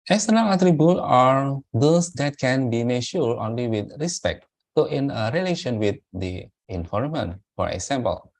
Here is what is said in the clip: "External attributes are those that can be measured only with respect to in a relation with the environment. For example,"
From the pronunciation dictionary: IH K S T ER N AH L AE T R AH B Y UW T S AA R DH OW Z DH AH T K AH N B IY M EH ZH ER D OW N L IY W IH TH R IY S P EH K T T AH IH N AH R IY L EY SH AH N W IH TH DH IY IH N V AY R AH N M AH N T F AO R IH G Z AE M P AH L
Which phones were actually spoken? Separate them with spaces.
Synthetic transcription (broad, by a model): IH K S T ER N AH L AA T R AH B Y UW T AA R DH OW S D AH T K AH N B IY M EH SH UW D OW N L IY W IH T R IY S P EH K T T AH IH N AH R IY L EY SH AH N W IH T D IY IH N F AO R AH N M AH N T F AO R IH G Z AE M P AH L